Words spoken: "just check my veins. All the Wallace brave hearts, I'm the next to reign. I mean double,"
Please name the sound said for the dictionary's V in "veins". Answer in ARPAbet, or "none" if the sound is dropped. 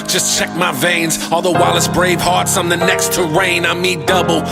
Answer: V